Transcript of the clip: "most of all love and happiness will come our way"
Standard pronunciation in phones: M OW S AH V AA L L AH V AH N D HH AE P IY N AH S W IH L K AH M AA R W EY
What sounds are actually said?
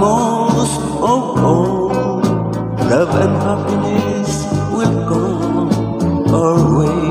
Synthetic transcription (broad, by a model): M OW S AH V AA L L AH V AH N D HH AE P IY N AH S W IH L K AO AA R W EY